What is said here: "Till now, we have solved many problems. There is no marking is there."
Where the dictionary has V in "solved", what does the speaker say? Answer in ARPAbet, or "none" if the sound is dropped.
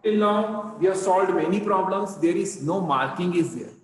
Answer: none